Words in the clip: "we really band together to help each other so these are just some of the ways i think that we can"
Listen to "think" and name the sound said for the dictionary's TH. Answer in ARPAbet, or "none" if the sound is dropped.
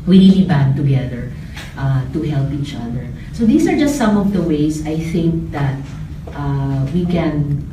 TH